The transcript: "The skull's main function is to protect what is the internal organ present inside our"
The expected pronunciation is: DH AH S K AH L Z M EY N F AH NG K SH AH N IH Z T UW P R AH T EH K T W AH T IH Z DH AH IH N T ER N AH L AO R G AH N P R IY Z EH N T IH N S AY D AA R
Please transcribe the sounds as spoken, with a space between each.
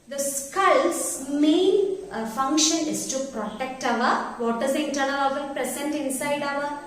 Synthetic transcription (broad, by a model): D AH S K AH L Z M EY N F AH NG K SH AH N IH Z T UW P R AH T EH K T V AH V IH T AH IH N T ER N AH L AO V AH L P R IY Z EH N T IH N S AY D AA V